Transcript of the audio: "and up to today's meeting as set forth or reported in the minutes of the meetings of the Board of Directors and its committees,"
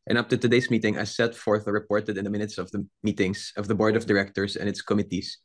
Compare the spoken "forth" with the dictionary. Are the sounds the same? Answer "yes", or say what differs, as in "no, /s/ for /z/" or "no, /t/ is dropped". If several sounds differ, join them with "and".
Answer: yes